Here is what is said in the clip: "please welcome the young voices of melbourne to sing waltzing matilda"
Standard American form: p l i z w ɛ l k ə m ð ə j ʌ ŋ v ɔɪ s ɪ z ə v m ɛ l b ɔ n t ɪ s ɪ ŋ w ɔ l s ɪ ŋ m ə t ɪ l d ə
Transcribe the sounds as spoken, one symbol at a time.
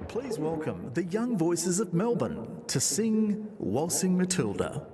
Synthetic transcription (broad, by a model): p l i z w ɛ l k ə m ð ə j ʌ ŋ v ɔɪ s ɪ z ə v m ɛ l b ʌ n t ɪ s ɪ ŋ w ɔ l s ɪ ŋ m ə t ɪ l d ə